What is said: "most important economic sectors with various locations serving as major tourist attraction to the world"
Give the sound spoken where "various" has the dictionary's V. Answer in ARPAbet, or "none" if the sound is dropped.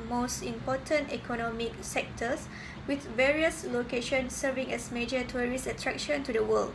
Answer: V